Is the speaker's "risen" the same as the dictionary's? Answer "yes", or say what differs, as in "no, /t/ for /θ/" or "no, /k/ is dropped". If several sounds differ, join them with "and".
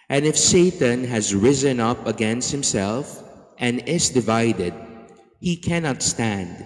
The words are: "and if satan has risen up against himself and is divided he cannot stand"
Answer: yes